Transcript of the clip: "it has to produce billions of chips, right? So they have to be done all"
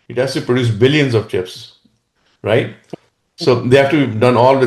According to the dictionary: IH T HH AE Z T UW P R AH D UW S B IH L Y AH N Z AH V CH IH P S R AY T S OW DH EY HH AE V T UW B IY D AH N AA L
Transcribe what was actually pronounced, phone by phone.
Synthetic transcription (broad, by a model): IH T HH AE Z T UW P R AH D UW S B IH L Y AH N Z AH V CH IH P S R AY T S OW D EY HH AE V T UW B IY D AH N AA L